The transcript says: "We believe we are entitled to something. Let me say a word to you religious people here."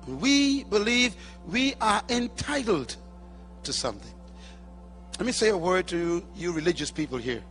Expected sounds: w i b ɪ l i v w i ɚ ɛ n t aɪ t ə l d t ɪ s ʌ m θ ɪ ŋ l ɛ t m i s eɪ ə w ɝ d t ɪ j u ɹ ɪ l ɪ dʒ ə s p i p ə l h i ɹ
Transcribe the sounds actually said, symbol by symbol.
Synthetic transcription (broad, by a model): w i b ɪ l i v w i ɚ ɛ n t aɪ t l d t ɪ s ʌ m θ ɪ ŋ l ɛ t m i s eɪ ə w ɝ d t ɪ j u ɹ ɪ l ɪ dʒ ə s p i p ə l h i ɹ